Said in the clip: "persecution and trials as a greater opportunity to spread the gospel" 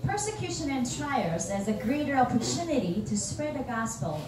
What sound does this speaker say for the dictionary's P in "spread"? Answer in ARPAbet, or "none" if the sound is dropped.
P